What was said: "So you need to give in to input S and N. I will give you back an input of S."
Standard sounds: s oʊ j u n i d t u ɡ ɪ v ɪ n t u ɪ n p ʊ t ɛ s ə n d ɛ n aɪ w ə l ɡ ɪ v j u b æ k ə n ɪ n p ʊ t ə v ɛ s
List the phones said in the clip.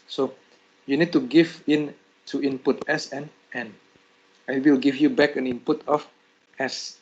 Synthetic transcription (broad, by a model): s oʊ j u n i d t u ɡ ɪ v ɪ n t u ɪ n p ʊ t ɛ s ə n ɛ n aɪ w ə w ɡ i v j u b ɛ k ə n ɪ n p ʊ t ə f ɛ s